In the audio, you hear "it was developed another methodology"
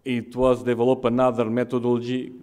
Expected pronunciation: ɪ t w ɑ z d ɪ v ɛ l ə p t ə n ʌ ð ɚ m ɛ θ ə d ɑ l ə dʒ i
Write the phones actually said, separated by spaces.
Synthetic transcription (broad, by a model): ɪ t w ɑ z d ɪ v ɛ l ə p ə n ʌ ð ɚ m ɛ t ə d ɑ l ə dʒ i